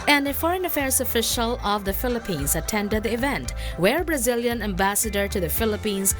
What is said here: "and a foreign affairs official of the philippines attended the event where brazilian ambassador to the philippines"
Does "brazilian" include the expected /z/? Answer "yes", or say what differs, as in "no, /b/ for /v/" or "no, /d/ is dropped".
yes